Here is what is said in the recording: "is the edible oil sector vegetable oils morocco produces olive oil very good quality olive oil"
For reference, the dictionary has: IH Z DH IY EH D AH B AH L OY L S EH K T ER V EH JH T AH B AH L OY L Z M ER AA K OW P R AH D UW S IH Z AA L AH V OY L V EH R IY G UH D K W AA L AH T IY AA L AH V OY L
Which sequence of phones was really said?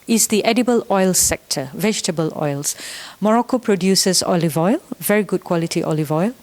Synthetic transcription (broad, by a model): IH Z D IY EH D AH B AH L OY L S EH K T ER V EH JH T AH B AH L OY L S M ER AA K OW P R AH D UW S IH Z AA L AH V OY L V EH R IY G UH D K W AA L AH T IY AA L AH V OY L